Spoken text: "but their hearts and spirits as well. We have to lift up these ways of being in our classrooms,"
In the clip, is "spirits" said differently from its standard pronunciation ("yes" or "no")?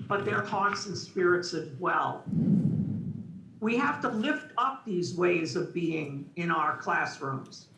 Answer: no